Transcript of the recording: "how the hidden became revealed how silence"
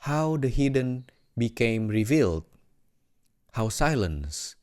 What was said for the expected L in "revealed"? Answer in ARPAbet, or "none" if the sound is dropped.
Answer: L